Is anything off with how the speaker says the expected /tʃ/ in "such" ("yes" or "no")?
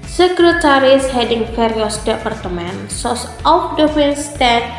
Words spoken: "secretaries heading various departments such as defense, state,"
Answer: yes